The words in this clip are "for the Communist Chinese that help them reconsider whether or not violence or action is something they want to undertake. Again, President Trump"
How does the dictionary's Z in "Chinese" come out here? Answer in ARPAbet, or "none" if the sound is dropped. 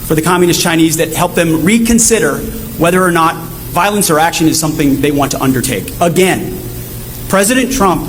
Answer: Z